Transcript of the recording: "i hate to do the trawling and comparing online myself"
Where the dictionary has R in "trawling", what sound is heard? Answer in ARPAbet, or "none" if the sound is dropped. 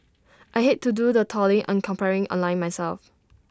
none